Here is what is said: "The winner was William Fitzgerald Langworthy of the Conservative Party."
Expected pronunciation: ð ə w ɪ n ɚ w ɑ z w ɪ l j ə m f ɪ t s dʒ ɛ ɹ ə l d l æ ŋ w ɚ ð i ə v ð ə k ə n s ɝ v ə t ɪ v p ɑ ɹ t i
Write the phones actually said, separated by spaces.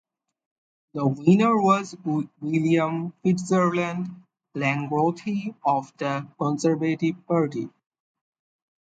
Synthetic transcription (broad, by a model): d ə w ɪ n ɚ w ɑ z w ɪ l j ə m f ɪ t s ʌ ɹ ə n d l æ ŋ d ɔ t i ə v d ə k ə n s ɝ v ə t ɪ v p ɑ ɹ t i